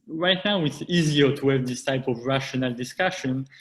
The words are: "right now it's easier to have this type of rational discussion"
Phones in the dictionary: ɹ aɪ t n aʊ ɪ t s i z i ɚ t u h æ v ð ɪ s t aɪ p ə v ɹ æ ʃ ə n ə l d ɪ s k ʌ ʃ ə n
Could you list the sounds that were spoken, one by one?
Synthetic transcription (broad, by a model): ɹ aɪ t n aʊ ɪ t s i z i ɚ t u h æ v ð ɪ s t aɪ p ə v ɹ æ ʃ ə n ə l d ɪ s k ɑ ʃ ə n